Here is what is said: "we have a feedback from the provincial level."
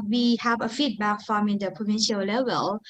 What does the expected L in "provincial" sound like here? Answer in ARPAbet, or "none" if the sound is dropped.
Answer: L